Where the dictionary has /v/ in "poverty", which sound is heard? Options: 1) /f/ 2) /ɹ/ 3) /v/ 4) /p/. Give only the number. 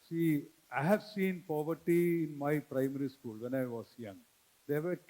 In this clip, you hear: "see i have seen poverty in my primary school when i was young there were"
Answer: 3